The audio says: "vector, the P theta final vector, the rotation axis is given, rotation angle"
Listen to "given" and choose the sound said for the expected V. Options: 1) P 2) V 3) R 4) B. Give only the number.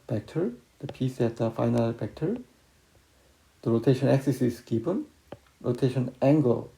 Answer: 1